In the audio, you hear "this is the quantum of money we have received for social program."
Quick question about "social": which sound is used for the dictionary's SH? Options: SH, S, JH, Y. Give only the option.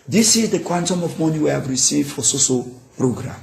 S